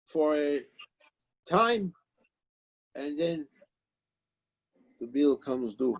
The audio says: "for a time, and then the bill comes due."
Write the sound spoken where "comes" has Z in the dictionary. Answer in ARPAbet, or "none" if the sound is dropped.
Z